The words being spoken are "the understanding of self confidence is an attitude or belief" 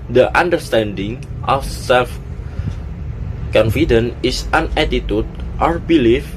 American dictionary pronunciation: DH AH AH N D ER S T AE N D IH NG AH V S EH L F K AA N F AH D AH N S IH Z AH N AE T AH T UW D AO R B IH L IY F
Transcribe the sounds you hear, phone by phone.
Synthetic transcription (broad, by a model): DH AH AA N D ER S T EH N D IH NG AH F S EH L F K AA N F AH D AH N IH S AH N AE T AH T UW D AO R B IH L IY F